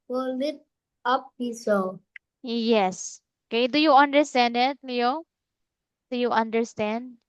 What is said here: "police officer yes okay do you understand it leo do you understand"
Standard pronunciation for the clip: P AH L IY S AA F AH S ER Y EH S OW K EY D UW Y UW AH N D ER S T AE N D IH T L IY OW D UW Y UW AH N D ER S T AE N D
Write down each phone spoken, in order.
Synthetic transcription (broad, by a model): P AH L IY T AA P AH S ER Y EH S OW K EY D UW Y UW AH N D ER S T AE N D IH T L IY OW D UW Y UW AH N D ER S T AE N D